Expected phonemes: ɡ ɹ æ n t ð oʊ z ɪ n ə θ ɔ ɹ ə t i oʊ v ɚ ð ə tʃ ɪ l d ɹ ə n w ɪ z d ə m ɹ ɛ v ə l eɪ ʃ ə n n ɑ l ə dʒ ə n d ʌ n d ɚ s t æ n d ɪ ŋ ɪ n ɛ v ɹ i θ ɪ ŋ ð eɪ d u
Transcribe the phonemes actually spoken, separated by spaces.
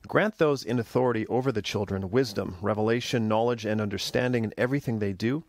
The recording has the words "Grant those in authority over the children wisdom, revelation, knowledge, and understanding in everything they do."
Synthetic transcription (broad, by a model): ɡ ɹ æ n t ð oʊ z ɪ n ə θ ɔ ɹ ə t i oʊ v ɚ ð ə tʃ ɪ l d ɹ ə n w ɪ z d ə m ɹ ɛ v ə l eɪ ʃ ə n n ɑ l ə dʒ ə n ʌ n d ɚ s t æ n d ɪ ŋ ɪ n ɛ v ɹ i θ ɪ ŋ ð eɪ d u